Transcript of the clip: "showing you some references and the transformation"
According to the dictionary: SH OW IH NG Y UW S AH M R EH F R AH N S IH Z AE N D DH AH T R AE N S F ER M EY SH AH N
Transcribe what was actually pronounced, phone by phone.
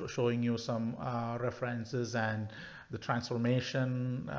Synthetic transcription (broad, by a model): SH OW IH NG Y UW S AH M R EH F R AH N S IH Z AE N D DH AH T R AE N S F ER M EY SH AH N